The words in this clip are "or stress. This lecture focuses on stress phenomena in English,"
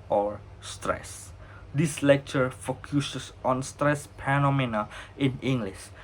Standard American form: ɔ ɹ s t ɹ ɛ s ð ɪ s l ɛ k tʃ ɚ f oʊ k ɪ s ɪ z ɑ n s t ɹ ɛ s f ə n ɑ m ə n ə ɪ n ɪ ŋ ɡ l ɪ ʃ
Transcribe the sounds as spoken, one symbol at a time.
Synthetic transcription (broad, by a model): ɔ ɹ s t ɹ ɛ s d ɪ s l ɛ k tʃ ɚ f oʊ k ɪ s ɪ s ɑ n s t ɹ ɛ s p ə n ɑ m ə n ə ɪ n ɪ ŋ ɡ l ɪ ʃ